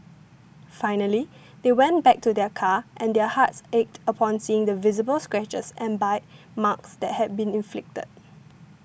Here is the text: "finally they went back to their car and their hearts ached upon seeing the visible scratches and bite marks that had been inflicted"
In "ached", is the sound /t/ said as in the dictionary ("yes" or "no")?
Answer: yes